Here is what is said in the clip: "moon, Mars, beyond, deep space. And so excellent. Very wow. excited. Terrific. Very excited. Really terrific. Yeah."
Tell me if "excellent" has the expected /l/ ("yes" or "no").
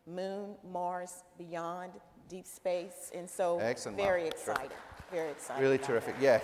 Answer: no